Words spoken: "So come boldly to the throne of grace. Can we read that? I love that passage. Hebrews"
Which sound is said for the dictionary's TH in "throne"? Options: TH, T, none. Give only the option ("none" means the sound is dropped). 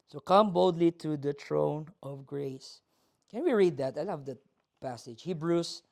T